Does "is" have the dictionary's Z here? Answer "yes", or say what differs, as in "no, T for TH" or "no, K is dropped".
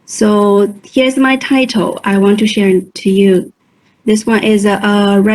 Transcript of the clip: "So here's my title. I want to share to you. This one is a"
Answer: yes